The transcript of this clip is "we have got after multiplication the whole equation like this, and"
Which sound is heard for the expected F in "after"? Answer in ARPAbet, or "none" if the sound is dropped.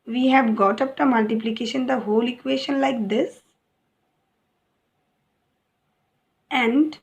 P